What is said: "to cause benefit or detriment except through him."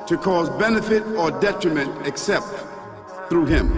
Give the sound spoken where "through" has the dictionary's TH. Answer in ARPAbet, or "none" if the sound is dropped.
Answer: TH